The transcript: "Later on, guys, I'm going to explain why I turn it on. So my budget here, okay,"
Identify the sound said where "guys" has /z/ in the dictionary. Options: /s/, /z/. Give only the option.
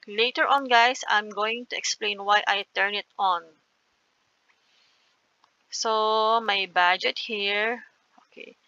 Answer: /s/